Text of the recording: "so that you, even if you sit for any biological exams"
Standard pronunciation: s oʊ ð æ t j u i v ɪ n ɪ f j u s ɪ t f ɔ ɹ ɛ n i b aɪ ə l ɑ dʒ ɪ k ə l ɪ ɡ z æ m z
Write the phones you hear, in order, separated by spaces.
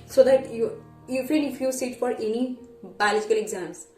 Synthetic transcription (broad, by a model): s oʊ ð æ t j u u f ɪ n ɪ f j u s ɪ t f ɔ ɹ ɛ n i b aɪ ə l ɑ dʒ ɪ k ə l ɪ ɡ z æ m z